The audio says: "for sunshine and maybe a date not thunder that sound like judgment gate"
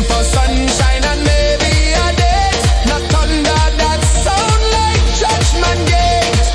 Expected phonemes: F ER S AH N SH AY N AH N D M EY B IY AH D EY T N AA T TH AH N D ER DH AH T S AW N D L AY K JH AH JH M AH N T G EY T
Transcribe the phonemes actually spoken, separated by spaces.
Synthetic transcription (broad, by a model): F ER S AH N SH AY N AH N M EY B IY AH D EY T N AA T T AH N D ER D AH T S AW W L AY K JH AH CH M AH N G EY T